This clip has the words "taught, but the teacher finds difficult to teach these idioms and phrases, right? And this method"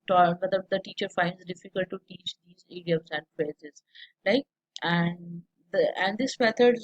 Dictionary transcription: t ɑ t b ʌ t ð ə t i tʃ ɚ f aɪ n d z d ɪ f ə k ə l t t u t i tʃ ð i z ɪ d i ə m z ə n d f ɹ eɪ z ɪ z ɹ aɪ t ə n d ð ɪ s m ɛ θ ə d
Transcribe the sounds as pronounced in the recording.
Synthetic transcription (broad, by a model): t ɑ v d ʌ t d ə t i tʃ ɚ f aɪ n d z d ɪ f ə k ə l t t u t i tʃ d i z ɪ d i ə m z ə n d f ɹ eɪ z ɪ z l aɪ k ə n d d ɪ s m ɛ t ə d